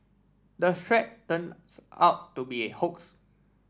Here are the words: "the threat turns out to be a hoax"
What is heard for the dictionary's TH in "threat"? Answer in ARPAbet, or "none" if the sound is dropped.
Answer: S